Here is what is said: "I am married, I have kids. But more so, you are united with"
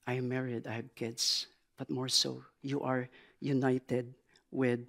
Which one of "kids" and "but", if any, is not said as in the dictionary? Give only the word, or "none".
kids